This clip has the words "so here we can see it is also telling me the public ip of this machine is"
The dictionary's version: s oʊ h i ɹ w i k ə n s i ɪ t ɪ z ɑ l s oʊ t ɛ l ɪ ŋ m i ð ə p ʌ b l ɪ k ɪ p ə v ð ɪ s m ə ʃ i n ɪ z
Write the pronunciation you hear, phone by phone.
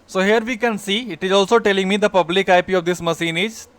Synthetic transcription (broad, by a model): s oʊ h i ɹ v i k ə n s i ɪ t ɪ z ɑ l s oʊ t ɛ l ɪ ŋ m i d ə p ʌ b l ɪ k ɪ p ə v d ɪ s m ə s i n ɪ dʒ